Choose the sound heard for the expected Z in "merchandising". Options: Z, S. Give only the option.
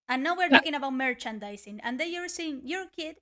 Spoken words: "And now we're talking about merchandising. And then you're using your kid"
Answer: S